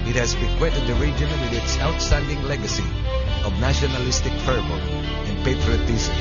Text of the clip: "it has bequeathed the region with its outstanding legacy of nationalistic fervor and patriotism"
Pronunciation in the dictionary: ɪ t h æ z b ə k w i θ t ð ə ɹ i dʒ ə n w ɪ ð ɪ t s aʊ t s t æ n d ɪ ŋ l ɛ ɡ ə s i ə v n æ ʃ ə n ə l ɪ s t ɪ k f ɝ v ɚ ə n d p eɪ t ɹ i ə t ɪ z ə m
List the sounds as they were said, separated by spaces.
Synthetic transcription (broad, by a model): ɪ t h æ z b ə k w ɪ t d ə ɹ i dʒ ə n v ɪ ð ɪ t s aʊ t s t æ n d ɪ ŋ l ɛ ɡ ə s i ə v n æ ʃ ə n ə l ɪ s t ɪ k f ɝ b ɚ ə n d p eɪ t ɹ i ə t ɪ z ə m